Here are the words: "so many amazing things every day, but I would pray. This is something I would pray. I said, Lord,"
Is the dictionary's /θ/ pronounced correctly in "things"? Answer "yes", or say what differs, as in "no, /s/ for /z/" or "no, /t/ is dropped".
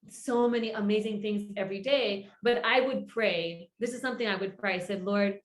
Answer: yes